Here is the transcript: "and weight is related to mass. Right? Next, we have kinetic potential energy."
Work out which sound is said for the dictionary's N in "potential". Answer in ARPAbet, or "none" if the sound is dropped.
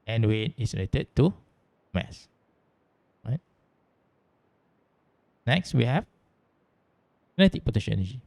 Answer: none